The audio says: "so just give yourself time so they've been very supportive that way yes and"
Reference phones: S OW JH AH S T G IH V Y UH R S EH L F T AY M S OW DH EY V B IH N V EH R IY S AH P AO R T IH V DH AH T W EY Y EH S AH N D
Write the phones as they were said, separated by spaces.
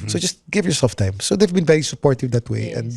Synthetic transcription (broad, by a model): S OW JH AH S T G IH V Y UH R S EH L F T AY M S OW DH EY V B IH N V EH R IY S AH P AO R T IH V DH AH T W EY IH AH N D